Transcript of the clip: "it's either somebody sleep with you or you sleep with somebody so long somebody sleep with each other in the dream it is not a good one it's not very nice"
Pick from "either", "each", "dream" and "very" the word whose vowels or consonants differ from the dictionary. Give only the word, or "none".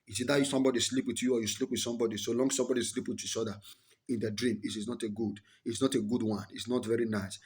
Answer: either